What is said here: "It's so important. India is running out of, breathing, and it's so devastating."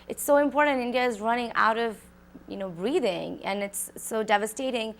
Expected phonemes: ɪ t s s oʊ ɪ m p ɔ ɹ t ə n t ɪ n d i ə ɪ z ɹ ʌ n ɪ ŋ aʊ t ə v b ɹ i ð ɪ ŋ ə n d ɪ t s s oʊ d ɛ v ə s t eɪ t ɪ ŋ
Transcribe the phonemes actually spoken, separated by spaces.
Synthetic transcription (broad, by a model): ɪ t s s oʊ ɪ m p ɔ ɹ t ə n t ɪ n d i ə ɪ z ɹ ʌ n ɪ ŋ aʊ t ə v b ɹ i ð ɪ ŋ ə n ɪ t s s oʊ d ɛ v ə s t eɪ t ɪ ŋ